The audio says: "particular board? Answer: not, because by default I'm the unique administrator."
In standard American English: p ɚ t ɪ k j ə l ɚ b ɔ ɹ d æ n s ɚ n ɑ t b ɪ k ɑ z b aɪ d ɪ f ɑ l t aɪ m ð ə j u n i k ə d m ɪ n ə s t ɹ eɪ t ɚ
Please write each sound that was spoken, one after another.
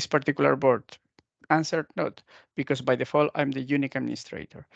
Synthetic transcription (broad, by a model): p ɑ t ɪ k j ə l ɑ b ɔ ɹ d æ n s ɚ n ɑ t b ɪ k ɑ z b aɪ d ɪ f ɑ l aɪ m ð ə j u n i k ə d m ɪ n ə s t ɹ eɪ t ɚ